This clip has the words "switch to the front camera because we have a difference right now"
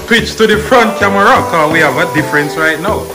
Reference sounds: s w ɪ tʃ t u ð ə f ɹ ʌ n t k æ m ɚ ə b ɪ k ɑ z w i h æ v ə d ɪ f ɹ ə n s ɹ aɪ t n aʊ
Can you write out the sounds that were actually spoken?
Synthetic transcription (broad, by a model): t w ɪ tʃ t u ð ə f ɹ ʌ n t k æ m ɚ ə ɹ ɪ k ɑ w i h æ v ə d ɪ f ɹ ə n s ɹ aɪ t n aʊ